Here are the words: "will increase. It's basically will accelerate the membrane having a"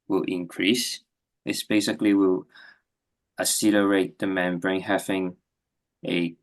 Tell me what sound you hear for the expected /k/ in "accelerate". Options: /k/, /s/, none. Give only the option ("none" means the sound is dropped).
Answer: none